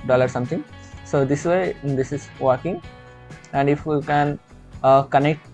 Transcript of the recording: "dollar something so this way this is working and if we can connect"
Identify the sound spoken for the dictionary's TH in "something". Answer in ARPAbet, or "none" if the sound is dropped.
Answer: T